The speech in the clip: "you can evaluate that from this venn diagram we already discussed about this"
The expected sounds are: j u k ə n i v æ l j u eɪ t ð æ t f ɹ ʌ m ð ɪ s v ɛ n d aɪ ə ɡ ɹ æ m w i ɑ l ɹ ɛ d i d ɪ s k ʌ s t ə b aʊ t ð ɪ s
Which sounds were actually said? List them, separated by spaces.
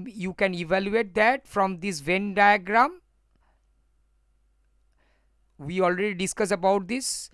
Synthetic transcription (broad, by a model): j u k ə n i v æ l j u eɪ t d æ t f ɹ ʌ m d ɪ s v ɛ n d aɪ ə ɡ ɹ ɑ m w i ɑ l ɹ ɛ d i d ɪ s k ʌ s ə b aʊ t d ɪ s